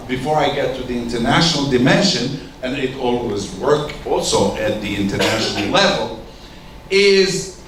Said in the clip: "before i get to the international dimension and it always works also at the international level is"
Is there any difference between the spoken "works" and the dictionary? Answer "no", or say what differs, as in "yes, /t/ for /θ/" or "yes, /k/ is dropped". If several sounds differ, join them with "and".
yes, /s/ is dropped